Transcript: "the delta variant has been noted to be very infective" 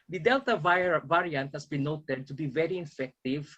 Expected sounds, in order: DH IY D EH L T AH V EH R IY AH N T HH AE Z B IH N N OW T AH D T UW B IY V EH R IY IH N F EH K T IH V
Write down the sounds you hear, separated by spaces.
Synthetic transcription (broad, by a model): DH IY D EH L T AH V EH R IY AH N T HH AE S B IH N N OW T AH D T UW B IY V EH R IY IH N F EH K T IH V